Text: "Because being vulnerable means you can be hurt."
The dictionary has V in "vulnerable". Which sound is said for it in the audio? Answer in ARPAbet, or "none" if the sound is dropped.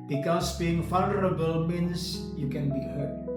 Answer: F